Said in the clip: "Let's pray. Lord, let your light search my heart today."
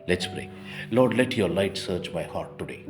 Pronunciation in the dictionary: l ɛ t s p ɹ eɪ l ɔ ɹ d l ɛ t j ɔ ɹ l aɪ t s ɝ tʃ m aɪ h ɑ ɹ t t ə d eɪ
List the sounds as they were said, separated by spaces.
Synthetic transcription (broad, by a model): l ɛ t s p ɹ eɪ l ɔ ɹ d l ɛ t j ɔ ɹ l aɪ t s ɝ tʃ m aɪ h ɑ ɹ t t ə d eɪ